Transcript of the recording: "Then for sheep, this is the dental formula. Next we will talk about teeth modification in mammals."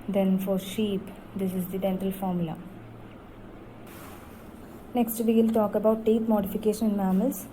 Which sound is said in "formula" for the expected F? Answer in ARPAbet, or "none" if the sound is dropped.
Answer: F